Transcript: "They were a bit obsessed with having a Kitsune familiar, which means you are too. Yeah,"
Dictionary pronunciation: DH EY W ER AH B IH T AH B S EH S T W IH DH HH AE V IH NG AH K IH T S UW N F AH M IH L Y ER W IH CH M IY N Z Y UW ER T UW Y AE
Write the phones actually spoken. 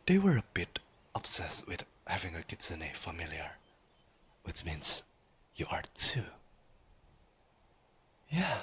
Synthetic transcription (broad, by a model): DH EY W ER AH B IH T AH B S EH S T W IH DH HH AE V IH NG AH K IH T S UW N F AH M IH L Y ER W IH CH M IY N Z Y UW ER T UW Y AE